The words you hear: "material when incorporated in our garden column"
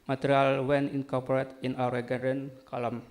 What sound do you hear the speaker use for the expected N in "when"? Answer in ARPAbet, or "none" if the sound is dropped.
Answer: N